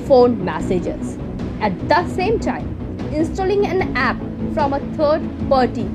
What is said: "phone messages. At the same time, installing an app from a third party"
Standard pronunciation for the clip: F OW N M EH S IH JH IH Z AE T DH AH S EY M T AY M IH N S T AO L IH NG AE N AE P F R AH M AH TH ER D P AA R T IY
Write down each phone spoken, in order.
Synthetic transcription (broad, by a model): F OW N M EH S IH JH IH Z AE T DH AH S EY M T AY M IH N S T AO L IH NG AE N AE P F R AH M AH T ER D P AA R T IY